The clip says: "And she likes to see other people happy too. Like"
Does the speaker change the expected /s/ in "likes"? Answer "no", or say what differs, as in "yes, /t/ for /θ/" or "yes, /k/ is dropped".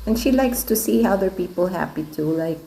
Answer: no